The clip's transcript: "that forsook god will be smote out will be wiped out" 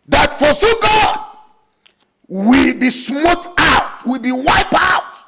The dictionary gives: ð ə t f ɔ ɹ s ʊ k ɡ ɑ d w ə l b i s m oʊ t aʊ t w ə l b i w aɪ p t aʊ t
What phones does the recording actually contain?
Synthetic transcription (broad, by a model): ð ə t f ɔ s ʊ ɡ ɑ d w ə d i s m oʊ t aʊ t w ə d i w aɪ p aʊ t